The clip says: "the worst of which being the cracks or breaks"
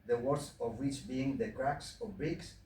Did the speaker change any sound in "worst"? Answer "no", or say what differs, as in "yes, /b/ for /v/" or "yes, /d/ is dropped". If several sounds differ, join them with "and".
yes, /t/ is dropped